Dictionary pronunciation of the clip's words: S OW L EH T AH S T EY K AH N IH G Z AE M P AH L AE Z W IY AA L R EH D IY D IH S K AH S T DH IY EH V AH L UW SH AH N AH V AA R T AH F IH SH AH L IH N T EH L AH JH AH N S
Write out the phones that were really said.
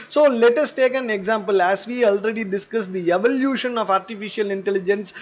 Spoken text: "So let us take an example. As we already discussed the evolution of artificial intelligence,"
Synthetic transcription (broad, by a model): S OW L EH T AH S T EY K AH N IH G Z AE M P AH L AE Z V IY AA L R EH D IY D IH S K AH S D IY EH V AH L UW SH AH N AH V AA R T AH F IH SH AH L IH N T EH L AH JH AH N S